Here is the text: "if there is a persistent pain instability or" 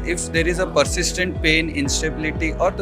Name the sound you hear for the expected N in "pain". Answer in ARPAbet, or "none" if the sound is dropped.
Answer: N